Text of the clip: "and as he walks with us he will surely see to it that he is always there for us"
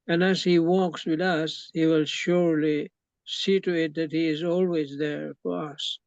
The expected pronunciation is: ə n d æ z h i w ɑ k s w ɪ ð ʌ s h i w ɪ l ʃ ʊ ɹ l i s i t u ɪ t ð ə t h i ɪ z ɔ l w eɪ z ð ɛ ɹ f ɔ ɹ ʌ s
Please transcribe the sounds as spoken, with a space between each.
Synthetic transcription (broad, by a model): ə n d æ z h i w ɑ k s w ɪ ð ʌ s h i w ɪ l ʃ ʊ ɹ l i s i t u ɪ t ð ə t h i ɪ z ɔ l w eɪ z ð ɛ ɹ f ɔ ɹ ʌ s